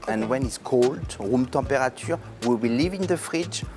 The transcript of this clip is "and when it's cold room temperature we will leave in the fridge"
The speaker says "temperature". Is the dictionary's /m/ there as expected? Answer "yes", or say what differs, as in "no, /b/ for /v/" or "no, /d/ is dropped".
no, /m/ is dropped